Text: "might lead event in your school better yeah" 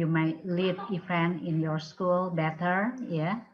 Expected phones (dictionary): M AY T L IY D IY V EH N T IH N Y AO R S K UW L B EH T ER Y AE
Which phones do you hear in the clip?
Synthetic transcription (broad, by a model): M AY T L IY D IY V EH N IH N Y AO R S K UW L B EH T ER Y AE